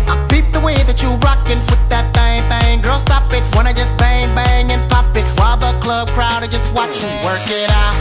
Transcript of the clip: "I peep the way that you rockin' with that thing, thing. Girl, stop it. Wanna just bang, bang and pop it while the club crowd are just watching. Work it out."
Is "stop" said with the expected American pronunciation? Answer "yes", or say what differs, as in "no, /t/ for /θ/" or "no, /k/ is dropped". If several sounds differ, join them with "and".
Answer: yes